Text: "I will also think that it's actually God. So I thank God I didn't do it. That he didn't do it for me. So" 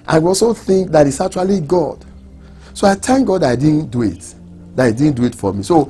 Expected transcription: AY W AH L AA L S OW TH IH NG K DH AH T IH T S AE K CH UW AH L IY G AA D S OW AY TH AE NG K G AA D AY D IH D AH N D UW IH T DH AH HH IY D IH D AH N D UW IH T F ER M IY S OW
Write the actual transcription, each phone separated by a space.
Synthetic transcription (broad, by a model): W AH W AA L S OW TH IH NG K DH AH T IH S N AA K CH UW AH L IY G AA D S OW AY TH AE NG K G AA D AY D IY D N D UW IH T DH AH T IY D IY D N D UW IH T F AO M IY S OW